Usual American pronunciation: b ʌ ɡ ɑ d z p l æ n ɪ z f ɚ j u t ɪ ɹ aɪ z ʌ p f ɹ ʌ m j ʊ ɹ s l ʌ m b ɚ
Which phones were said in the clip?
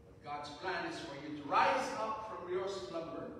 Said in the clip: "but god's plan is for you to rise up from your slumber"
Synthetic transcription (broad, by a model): ɡ ɑ d z p l æ n ɪ z f ɚ j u t ɪ ɹ aɪ z ʌ p f ɹ ʌ m j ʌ ɹ s l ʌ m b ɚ